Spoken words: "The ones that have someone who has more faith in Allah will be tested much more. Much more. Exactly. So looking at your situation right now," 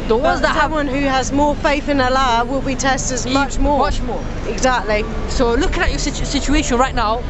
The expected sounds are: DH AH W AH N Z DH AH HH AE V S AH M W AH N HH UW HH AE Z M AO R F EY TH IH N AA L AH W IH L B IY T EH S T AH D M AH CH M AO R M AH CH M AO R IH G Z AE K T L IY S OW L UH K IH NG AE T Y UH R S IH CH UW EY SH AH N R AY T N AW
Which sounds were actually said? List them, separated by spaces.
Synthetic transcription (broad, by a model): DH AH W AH Z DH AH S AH W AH N HH UW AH Z M AO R F EY TH IH N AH L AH W IH L B IY T EH S T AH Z M AH CH M AO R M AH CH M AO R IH G Z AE K T L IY S OW L UH K IH NG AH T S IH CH S IH CH UW EY SH AH N R AY T N AW